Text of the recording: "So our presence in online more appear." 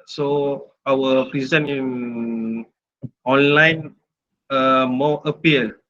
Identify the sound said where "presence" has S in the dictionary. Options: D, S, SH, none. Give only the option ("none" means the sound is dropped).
none